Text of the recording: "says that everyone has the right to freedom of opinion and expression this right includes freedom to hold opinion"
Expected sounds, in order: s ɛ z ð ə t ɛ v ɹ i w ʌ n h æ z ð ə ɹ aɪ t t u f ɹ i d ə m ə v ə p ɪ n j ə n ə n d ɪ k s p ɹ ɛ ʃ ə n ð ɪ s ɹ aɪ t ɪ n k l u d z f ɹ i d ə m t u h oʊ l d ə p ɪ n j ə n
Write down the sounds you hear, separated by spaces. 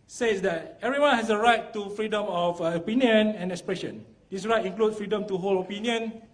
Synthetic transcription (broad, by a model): s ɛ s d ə t ɛ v ɹ i w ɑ n h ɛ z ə ɹ aɪ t t u f ɹ i d ə m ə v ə p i n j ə n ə n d ɪ k s p ɹ ɛ ʃ ə n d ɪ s ɹ aɪ t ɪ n k l u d f ɹ i d ə m t u h oʊ l ə p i n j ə n